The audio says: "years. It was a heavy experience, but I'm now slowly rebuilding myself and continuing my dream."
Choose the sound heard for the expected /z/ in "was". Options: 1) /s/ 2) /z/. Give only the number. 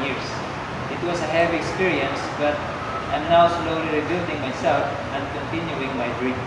1